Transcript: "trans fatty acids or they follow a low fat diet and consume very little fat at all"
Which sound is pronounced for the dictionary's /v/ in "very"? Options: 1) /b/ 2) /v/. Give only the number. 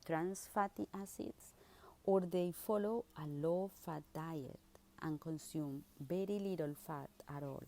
1